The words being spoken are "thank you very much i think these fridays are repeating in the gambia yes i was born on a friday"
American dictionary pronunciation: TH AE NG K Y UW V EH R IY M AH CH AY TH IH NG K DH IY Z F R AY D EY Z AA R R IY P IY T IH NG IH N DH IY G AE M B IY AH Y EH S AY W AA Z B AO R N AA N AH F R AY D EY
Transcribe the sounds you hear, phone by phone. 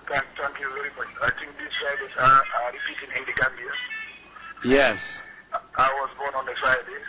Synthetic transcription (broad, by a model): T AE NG K Y UW V EH R IY M AH CH AY T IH NG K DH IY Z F R AY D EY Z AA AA R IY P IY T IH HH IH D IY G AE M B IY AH Y EH S AY W AA Z B AO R N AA N AH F R AY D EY